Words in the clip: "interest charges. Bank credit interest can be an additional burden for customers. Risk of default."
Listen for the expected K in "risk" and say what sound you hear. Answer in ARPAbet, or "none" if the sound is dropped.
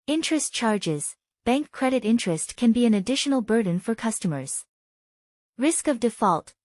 K